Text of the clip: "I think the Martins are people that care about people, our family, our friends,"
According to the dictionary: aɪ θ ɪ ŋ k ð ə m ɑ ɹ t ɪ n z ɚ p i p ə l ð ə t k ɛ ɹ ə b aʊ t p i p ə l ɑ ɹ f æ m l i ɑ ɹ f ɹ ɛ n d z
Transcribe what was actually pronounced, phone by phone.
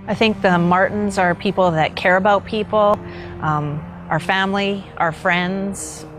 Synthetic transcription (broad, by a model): aɪ θ ɪ ŋ k ð ə m ɑ ɹ t n z ɚ p i p l ð ə t k ɛ ɹ ə b aʊ t p i p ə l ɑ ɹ f æ m l i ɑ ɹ f ɹ ɛ n d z